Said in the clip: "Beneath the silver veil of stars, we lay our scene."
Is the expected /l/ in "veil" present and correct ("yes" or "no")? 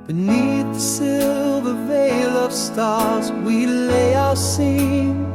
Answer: yes